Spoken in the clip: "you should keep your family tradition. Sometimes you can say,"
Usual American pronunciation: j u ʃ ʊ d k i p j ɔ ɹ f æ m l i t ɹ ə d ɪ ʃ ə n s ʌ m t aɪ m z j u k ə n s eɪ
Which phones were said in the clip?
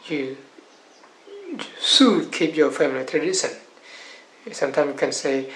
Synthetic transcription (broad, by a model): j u s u k i p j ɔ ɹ f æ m l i t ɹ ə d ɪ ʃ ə n s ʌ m t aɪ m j k ə n s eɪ